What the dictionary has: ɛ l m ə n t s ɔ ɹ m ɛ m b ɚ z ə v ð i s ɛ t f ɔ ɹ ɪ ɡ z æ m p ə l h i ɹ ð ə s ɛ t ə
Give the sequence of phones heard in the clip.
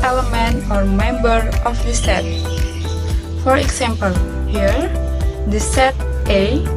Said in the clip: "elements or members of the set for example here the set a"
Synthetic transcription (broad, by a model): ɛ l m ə n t ɔ ɹ m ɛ m b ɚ ə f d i s ɛ t f ɔ ɹ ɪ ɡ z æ m p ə l h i ɹ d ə s ɛ t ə